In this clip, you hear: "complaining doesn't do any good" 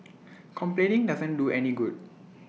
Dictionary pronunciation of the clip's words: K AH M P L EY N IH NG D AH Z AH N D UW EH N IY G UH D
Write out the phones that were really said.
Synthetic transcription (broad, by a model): K AH M P L EY N IH NG D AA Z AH N D UW EH N IY G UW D